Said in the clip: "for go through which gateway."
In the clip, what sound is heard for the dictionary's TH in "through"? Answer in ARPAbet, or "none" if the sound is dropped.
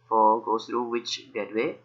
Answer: S